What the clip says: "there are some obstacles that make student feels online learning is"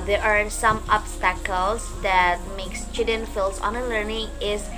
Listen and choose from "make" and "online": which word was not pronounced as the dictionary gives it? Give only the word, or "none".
online